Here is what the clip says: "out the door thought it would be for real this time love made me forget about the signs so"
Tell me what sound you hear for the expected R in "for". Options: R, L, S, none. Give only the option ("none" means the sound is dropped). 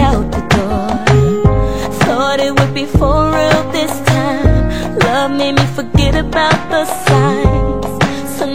L